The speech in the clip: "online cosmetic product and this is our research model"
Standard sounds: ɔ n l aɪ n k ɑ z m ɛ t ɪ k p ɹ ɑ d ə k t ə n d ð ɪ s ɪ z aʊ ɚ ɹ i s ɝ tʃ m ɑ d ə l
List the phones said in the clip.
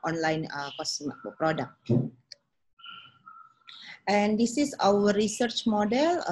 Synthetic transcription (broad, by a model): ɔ n l aɪ n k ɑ s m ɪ p ɹ ɑ d ə k t ə n d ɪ s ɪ s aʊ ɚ ɹ i s ɝ tʃ m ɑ d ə l